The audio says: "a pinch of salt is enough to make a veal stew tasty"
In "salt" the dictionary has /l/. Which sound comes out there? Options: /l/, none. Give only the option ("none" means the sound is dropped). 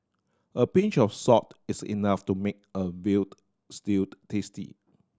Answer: none